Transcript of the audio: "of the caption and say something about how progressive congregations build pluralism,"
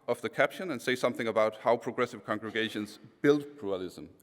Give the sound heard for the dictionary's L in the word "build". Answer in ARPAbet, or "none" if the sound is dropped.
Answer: L